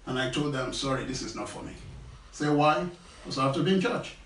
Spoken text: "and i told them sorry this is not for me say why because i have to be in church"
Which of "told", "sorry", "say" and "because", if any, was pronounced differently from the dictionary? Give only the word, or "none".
because